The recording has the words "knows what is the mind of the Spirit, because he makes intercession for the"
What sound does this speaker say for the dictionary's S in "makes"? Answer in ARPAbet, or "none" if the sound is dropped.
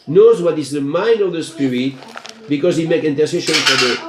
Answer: none